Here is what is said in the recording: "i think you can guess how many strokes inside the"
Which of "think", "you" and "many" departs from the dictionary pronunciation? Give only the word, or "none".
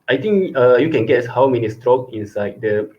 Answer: think